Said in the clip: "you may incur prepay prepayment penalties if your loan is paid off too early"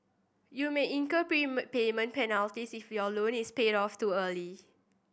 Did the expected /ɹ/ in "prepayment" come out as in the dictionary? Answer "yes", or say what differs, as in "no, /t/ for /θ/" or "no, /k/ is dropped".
no, /ɹ/ is dropped